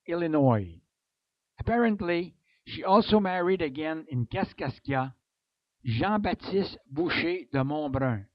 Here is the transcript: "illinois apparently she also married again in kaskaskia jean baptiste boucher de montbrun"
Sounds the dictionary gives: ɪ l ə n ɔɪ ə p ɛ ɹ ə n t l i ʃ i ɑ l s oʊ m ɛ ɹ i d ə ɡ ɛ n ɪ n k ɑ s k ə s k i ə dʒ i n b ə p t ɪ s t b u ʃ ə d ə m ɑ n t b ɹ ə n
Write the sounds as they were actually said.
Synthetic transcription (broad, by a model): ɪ l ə n ɔɪ ə p ɛ ɹ ə n t l i ʃ i ɑ l s oʊ m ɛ ɹ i d ə ɡ ɛ n ɪ n k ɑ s k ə s k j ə ʒ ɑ b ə t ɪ s t b u ʃ ə d ə m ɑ b ɹ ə